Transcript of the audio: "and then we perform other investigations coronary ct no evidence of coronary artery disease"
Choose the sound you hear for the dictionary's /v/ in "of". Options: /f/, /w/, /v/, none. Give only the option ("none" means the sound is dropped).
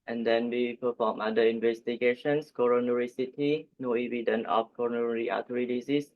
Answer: /f/